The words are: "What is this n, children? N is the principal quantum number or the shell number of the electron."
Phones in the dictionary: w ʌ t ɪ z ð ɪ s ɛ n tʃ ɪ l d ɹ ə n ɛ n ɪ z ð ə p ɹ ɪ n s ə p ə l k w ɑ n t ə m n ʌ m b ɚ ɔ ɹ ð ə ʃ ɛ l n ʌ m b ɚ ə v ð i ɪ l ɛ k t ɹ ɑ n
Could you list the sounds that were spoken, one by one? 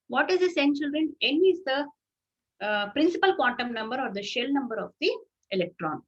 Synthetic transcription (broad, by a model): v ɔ t ɪ z s ɛ n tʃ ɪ l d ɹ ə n ɛ n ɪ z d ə p ɹ ɪ n s ə p ə l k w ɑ n t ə m n ʌ m b ɚ ɔ ɹ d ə ʃ ɛ l n ʌ m b ɚ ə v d i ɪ l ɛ k t ɹ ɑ n